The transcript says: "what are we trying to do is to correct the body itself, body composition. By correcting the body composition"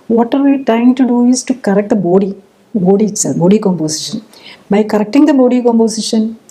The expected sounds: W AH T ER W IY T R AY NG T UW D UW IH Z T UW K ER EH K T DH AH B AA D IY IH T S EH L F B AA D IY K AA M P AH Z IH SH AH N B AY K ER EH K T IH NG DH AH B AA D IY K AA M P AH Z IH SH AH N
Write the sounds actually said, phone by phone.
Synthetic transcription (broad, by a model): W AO T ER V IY T AY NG T UW D UW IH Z T UW K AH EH K T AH B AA D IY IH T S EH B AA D IY K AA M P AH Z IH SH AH N B AY K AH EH K T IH NG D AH B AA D IY K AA M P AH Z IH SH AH N